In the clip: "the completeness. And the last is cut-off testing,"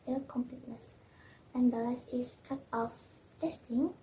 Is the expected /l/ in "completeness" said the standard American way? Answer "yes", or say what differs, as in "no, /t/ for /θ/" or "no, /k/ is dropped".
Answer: yes